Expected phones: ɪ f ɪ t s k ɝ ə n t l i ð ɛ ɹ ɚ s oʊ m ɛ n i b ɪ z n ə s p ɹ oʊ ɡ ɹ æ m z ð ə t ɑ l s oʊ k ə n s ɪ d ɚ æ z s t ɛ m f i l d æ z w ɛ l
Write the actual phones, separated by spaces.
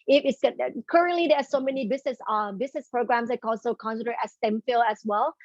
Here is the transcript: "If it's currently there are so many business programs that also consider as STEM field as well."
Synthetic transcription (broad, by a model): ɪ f ɪ t s k ɝ ə n t l i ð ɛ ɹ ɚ s oʊ m ɛ n i b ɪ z n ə s p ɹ oʊ ɡ ɹ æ m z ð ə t ɑ l s oʊ k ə n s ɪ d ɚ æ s t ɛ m f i l æ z w ɛ l